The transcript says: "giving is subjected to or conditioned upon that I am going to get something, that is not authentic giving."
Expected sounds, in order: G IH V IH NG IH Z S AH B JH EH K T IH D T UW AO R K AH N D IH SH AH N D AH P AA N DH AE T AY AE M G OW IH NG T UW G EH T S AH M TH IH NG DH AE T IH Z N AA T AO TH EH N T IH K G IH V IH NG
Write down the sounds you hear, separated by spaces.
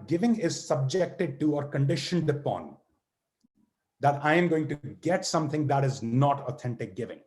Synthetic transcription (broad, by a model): G IH V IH NG IH Z S AH B JH EH K T IH D T UW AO R K AH N D IH SH AH N D AH P AA N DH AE T AY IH M G OW IH NG T UW G EH T S AH M T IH NG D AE T IH Z N AA T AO T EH N T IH K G IH V IH NG